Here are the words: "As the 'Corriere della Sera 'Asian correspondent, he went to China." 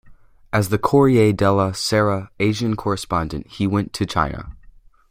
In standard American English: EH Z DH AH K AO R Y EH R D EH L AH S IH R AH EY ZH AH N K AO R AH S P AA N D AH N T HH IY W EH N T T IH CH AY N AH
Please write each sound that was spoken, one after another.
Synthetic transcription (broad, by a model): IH Z DH AH K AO R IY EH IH D EH L AH S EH R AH EY ZH AH N K AO R AH S P AA N D AH N T HH IY W EH N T T IH CH AY N AH